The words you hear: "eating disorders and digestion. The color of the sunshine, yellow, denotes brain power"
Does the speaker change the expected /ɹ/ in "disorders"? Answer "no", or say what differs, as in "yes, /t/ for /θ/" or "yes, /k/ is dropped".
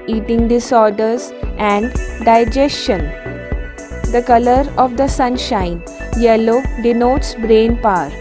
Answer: no